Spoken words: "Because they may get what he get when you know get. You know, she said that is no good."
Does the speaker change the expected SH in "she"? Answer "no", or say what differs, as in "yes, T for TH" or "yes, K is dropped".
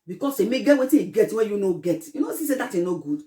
yes, S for SH